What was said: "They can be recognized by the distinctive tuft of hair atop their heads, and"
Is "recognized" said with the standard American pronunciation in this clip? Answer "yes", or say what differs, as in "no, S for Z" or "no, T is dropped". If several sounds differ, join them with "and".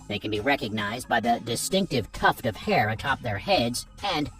yes